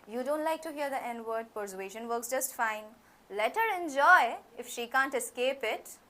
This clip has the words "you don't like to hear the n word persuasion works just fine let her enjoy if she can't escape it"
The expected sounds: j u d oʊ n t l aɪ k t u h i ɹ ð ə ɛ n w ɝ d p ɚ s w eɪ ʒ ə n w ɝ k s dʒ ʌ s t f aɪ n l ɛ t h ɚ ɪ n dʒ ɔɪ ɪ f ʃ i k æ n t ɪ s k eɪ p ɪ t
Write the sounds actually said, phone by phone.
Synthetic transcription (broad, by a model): j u d oʊ n t l aɪ k t u h i ɹ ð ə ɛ n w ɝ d p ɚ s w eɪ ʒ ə n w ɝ k s dʒ ʌ s t f aɪ n l ɛ t h ɚ ɪ n dʒ ɔɪ ɪ f ʃ i k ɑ n t ɪ s k eɪ p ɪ t